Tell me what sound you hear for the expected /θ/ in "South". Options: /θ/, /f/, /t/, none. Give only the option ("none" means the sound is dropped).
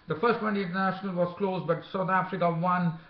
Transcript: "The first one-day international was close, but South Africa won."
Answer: /t/